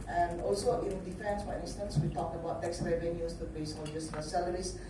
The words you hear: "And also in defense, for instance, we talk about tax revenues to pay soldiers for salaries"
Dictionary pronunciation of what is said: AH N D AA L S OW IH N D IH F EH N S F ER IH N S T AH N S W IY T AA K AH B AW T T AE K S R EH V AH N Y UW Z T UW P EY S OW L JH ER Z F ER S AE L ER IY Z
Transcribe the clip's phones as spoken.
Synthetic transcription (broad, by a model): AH N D AA L S OW IH N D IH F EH N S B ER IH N S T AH N S W IY T AA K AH B AW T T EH K S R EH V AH N Y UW S T UW B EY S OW N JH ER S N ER S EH L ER IY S